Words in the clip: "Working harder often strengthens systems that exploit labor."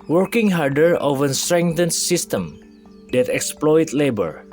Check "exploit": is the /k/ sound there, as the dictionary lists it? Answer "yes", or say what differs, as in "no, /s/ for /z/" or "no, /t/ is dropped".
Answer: yes